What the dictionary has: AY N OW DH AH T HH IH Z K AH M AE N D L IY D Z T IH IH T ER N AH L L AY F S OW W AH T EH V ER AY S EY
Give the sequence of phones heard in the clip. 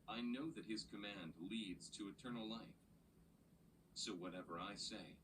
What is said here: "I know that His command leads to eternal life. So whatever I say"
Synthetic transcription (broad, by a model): AY N OW DH AH T HH IH Z K AH M AE N D L IY D Z T IH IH T ER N L L AY F S OW W AH T EH V ER AY S EY